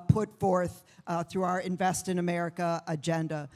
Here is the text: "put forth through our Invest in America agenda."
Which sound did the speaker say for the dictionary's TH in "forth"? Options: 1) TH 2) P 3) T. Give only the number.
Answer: 1